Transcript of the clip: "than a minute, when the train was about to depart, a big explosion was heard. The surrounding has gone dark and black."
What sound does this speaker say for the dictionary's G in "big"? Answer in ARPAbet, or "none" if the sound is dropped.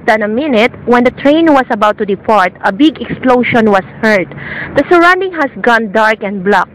G